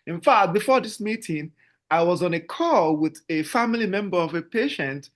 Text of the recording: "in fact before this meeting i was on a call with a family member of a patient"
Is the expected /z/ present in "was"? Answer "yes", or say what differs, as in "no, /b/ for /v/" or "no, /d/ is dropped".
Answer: yes